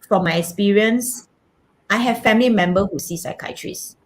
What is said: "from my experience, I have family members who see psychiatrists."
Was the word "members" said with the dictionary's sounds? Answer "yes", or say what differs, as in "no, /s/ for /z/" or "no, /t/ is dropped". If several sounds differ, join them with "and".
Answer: no, /z/ is dropped